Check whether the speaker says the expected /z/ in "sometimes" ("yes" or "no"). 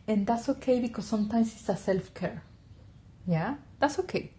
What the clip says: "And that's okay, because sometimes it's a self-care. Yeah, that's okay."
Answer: no